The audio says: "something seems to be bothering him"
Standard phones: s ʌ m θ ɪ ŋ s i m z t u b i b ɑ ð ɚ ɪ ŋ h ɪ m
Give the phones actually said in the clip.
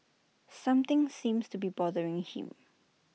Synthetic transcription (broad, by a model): s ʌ m t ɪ ŋ s i m s t u b i b ɑ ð ɚ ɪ ŋ h ɪ m